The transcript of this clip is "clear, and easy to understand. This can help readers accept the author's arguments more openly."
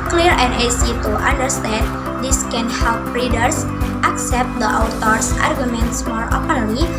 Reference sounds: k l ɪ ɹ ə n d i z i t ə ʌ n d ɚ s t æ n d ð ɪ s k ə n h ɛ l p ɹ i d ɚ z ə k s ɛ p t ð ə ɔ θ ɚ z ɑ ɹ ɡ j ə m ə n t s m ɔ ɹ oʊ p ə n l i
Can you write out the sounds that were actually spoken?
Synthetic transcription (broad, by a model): k l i ɹ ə n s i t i t ə n d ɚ s t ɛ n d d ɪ s k ə n h ɛ l p ɹ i d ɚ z ə k s ɛ p t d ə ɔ t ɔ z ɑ ɹ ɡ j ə m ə n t s m ɔ ɹ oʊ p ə n l i